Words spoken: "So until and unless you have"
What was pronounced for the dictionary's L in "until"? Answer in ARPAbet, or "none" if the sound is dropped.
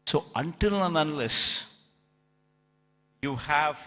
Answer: L